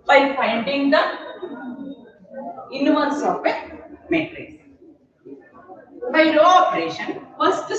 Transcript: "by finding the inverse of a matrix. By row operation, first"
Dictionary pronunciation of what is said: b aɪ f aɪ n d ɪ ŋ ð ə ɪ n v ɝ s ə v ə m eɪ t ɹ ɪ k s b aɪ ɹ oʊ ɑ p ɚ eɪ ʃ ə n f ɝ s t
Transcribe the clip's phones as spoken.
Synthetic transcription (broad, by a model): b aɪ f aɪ n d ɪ ŋ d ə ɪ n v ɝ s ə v ə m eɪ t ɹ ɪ s b aɪ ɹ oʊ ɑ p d eɪ ʃ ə n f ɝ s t